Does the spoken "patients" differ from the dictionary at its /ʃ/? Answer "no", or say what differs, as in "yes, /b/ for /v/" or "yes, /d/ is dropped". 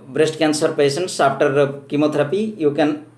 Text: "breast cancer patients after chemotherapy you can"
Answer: yes, /s/ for /ʃ/